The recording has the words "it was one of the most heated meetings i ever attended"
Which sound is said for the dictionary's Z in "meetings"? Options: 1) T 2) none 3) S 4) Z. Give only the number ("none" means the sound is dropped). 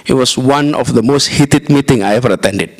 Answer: 2